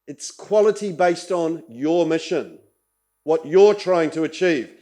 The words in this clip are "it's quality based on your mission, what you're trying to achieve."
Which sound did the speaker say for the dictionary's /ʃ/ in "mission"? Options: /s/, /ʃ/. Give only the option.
/ʃ/